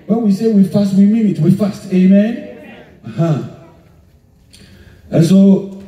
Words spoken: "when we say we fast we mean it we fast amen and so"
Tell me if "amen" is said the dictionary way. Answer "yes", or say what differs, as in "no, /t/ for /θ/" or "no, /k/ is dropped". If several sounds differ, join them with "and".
yes